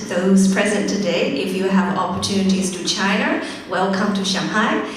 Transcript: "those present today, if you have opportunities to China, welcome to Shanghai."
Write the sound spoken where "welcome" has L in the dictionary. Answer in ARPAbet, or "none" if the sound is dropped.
L